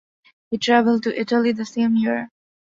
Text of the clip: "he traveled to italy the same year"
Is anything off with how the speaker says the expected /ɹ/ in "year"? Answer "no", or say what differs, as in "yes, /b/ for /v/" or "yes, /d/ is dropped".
no